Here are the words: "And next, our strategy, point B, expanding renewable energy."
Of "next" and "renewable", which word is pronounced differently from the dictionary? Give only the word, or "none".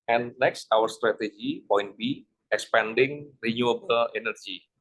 none